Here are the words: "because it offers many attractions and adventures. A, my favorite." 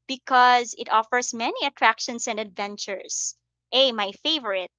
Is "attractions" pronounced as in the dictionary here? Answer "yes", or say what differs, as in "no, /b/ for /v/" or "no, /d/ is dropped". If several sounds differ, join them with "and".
no, /s/ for /z/